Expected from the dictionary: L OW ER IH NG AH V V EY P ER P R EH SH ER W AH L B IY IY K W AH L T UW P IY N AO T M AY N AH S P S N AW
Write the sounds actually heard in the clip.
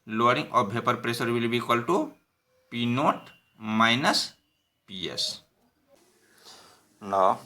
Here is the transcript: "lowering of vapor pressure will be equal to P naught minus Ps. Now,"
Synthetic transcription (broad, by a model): L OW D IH NG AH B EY P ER P R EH S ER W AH L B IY IY K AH L T UW P IY N AO T M AY N AH S P S N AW